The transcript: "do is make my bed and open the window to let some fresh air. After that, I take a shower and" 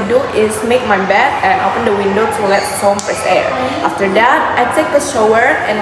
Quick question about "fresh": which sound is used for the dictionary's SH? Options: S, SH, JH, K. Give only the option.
S